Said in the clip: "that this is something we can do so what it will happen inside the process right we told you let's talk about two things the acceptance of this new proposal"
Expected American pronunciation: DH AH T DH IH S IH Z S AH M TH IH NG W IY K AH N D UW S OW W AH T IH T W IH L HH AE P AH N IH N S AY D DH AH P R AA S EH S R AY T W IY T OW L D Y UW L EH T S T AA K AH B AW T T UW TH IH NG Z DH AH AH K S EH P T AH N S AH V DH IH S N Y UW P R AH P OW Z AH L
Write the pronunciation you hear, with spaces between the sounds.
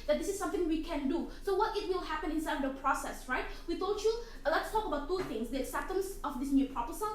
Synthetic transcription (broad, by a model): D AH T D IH S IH S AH M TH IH NG W IY K AH N D UW S OW W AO T IH T W IH L HH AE P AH N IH N S AY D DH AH P R AA S EH S R AY T W IY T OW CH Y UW L EH T S T AA K AH B AW T T UW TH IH NG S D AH S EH T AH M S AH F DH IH S N Y UW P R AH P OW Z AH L